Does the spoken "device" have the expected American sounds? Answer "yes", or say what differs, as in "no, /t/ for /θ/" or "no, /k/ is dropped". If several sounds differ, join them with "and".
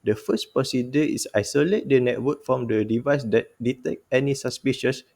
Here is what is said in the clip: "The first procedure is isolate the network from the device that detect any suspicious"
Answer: yes